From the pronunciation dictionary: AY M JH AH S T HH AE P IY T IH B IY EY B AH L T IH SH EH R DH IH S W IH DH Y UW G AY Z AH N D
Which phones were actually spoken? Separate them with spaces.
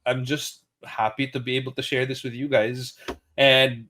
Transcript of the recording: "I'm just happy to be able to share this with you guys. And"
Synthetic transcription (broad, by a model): AY M JH AH S T HH AE P IY T IH B IY EY B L T IH SH EH R DH IH S W IH DH Y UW G AY Z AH N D